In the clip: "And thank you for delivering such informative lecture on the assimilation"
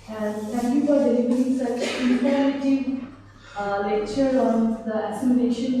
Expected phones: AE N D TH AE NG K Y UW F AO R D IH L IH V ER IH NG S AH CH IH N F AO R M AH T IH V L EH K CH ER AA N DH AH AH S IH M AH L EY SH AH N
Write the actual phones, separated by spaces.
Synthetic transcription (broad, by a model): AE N D T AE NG K Y UW F AO R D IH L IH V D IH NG S AH CH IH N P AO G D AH T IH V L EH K CH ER AA N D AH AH S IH M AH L EY SH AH N